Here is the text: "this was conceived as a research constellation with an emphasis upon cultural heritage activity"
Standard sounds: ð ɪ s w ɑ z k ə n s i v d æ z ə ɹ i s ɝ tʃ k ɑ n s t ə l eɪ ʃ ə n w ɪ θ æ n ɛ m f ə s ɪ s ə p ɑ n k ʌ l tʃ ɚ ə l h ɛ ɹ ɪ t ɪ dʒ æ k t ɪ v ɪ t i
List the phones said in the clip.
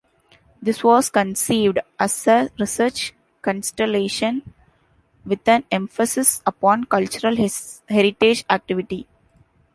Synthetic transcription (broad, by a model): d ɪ s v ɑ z k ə n s i v d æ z ə ɹ i s ɝ tʃ k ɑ n s t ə l eɪ ʃ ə n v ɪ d æ n ɛ m f ə s ɪ s ə p ɑ n k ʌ l tʃ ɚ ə l h ɛ ɹ ɪ t ɪ dʒ æ k t ɪ v ɪ t i